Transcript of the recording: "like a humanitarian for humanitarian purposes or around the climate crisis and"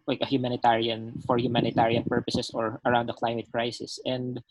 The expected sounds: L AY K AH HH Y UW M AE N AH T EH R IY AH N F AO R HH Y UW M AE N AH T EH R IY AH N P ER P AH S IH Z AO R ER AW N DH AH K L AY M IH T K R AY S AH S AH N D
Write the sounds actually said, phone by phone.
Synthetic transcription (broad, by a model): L AY K AH HH Y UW M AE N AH T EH R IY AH N F AO R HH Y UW M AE N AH T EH R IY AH N P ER P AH S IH S AO R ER AW N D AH K L AY M IH T K R AY S AH S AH N D